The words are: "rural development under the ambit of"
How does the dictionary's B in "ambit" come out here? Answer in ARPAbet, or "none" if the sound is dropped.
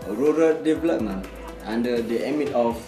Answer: none